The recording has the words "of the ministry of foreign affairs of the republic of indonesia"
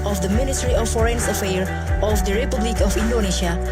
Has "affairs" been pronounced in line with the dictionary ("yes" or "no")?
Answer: no